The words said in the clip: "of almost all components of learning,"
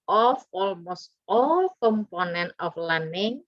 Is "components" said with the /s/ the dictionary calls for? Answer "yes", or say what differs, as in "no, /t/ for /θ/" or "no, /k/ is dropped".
no, /s/ is dropped